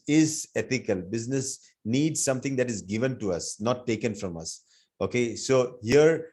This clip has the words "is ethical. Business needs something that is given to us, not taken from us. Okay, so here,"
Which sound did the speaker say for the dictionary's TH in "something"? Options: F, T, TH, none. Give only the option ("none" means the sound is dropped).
T